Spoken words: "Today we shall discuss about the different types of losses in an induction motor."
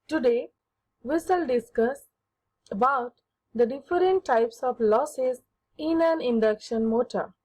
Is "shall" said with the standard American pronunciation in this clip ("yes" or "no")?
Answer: no